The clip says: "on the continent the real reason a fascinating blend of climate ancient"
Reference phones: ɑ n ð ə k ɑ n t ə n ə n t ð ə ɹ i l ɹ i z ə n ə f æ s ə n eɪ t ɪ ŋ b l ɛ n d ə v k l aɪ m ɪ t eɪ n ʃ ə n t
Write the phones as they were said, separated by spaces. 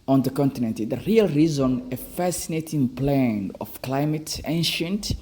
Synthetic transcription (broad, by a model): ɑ n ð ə k ɑ n t ə n ə n t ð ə ɹ i l ɹ i z ə n ə f æ s ə n eɪ t ɪ ŋ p l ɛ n ə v k l aɪ m ɪ t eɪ n ʃ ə n t